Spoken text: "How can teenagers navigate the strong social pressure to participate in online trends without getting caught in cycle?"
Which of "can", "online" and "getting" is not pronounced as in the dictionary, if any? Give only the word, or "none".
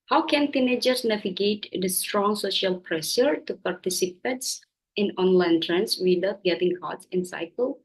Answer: none